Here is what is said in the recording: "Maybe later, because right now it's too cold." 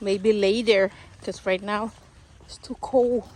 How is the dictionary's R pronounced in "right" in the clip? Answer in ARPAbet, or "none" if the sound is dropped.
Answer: R